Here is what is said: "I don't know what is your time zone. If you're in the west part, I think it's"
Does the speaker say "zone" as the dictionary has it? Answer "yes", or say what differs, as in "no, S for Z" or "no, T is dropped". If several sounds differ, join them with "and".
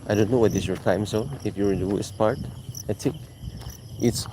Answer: no, S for Z and N is dropped